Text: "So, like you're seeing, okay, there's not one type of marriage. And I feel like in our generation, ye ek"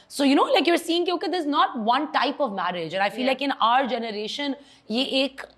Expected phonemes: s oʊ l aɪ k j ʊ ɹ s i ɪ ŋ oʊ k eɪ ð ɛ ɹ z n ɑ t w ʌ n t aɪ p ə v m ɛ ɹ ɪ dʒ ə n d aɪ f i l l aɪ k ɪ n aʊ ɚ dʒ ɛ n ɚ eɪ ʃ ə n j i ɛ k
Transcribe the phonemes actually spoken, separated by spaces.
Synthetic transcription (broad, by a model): s oʊ l aɪ k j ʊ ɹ s i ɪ ŋ oʊ k eɪ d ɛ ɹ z n ɑ t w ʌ n t aɪ p ə v m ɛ ɹ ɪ dʒ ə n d aɪ f i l l aɪ k ɪ n aʊ ɚ dʒ ɛ n ɚ eɪ ʃ ə n j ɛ ɛ k